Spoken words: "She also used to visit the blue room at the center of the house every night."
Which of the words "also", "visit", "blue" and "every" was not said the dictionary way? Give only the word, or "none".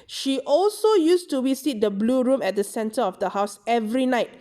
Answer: visit